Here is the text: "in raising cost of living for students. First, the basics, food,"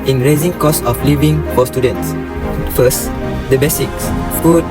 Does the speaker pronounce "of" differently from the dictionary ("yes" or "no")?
yes